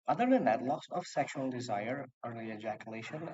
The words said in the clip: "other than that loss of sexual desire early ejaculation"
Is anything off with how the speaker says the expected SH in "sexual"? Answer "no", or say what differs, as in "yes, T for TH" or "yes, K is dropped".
no